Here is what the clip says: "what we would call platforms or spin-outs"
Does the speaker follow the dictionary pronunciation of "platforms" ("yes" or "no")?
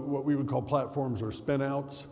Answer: yes